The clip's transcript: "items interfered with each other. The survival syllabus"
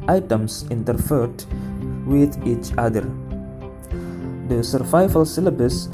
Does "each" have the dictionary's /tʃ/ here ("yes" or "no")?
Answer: yes